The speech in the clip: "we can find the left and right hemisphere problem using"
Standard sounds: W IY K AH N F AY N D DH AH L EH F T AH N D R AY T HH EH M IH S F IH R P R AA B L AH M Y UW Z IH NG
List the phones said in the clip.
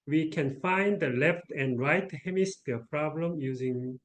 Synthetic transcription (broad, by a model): W IY K AH N F AY N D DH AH L EH F T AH N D R AY T HH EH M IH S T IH P R AA B L AH M Y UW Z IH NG